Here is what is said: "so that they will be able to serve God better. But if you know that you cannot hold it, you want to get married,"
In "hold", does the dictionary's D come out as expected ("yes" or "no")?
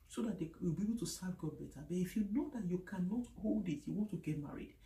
yes